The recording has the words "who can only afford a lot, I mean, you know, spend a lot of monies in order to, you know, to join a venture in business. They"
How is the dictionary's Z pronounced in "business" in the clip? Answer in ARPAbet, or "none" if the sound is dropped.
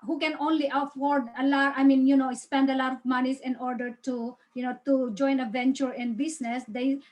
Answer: S